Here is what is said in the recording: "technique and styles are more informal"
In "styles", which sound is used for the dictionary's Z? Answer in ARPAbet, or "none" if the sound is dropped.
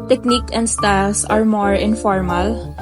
S